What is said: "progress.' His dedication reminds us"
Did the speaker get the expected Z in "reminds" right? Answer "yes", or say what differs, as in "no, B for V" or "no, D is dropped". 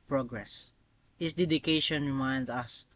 no, Z is dropped